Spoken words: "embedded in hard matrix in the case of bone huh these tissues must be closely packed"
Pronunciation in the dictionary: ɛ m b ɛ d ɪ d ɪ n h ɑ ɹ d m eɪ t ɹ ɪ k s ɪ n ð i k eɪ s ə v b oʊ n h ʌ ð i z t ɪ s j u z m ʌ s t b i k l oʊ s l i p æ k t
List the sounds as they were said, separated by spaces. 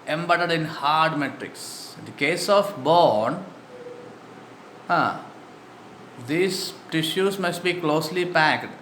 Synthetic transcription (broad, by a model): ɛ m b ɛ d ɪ d ɪ n h ɑ ɹ d m eɪ t ɹ ɪ k s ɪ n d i k eɪ s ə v b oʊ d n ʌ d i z t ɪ ʃ j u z m ʌ s t b i k l oʊ s l i p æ k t